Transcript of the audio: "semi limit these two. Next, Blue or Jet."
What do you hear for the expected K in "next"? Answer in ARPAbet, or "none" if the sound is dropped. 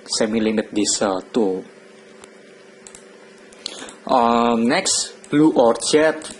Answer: K